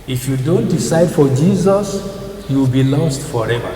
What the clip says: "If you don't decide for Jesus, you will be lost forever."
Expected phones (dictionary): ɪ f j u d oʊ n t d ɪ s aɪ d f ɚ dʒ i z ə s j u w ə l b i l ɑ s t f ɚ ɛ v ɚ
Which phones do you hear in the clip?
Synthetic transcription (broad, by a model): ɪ f j u d oʊ n t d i s aɪ d f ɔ dʒ i z ə s j u w ə l b i l ɑ s t f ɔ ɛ v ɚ